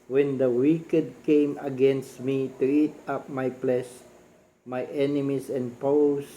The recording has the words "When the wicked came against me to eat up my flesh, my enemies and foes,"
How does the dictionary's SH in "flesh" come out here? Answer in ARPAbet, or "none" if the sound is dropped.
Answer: S